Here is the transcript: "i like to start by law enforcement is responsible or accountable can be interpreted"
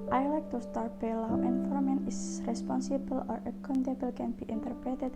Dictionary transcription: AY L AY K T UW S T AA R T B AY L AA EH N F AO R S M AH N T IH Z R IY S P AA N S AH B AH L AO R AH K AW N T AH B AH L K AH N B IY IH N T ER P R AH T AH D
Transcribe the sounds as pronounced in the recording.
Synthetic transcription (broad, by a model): AY L AY K T UW S T AA R T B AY L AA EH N F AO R M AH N IH S R IY S P AA N S AH B AH L AO R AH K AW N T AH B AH L K AH N B IY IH N T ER P R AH T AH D